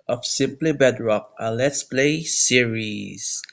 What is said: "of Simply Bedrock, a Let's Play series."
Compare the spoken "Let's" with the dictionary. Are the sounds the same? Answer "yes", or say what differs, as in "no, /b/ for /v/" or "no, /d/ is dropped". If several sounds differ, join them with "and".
yes